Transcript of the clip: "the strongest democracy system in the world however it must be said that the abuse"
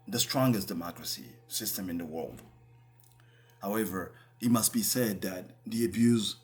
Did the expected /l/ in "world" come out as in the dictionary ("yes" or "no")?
yes